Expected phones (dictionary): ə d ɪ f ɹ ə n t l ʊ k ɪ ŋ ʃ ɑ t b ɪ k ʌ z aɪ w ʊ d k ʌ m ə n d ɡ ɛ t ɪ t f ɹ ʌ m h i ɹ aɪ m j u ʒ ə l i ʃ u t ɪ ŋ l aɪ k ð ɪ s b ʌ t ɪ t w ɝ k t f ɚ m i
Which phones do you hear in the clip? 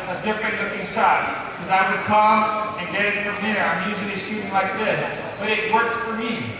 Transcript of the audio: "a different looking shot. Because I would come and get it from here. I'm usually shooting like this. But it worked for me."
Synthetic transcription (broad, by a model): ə d ɪ f ɹ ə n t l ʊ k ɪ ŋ s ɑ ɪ k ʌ z aɪ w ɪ d k ʌ m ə n ɡ ɛ t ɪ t f ɹ ʌ m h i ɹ aɪ m j u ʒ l i s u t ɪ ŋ l aɪ k ð ɪ s b ʌ t ɪ t w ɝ k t f ɚ m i